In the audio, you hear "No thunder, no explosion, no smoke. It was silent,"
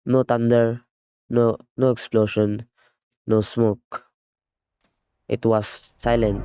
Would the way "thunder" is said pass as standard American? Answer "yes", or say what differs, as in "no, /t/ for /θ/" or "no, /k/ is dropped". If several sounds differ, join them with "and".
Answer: no, /t/ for /θ/